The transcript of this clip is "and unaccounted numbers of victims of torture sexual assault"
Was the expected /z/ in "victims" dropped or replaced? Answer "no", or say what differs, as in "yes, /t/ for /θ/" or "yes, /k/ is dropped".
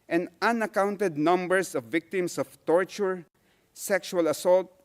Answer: yes, /s/ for /z/